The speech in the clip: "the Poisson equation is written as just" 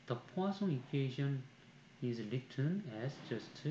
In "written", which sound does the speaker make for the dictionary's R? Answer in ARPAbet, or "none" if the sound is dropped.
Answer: L